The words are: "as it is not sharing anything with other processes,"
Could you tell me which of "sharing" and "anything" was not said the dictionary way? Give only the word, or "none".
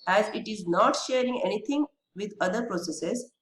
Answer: anything